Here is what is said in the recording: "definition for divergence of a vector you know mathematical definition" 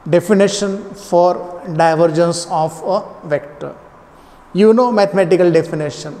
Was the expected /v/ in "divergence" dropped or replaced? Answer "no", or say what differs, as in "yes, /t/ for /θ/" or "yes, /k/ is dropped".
no